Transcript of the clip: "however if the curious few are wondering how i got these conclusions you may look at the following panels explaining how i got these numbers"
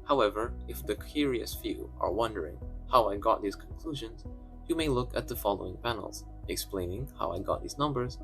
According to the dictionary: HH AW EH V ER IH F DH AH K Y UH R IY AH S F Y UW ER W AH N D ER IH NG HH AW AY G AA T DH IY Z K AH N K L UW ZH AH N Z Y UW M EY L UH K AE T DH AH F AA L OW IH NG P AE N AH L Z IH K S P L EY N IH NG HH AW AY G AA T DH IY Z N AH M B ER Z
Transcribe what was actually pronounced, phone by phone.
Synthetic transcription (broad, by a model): HH AW EH V ER IH F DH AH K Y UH R IY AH S F Y UW ER W AH N D ER IH NG HH AW AY G AA T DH IY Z K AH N K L UW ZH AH N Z Y UW M EY L UH K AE T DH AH F AA L OW IH NG P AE N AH L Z IH K S P L EY N IH NG HH AW AY G AA T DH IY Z N AH M B ER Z